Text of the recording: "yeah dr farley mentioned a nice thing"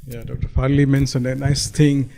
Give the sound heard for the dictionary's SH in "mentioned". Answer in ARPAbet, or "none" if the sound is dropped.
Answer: S